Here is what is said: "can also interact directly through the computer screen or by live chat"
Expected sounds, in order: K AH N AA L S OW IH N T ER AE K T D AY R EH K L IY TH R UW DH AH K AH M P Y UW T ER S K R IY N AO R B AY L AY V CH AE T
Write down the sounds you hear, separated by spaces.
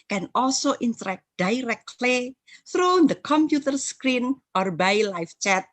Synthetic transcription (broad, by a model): K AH N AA L S OW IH N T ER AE K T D AY R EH K L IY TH R UW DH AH K AH M P Y UW T ER S K R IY N AO R B AY L AY F CH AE T